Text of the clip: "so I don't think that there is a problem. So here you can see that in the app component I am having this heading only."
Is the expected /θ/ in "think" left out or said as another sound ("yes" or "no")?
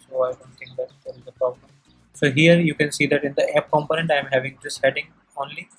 yes